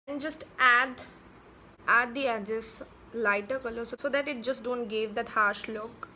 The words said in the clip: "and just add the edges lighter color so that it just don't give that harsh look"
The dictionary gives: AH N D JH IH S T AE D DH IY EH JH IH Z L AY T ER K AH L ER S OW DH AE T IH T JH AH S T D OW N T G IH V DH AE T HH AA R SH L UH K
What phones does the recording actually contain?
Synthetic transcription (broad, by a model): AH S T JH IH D T AE D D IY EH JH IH S L AY T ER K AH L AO S OW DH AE T IH T JH AH S T D OW N T G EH V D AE T HH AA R SH L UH K